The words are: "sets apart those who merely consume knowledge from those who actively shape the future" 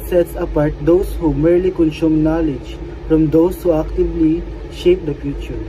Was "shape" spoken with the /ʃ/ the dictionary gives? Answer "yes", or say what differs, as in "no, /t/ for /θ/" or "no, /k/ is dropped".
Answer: yes